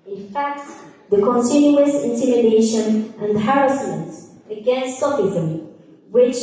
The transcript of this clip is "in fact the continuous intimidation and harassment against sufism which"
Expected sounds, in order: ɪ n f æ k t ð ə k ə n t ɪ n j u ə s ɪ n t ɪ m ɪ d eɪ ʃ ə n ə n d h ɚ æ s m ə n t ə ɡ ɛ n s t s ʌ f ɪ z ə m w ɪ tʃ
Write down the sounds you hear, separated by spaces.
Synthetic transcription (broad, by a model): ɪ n f æ k t ð ə k ə n t ɪ n j u ə s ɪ n t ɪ m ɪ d eɪ ʃ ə n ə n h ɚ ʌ s m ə n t ə ɡ ɛ n s t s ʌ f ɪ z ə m w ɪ tʃ